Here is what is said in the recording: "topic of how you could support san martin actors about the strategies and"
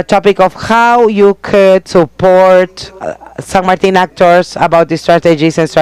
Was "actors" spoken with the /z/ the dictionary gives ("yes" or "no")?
no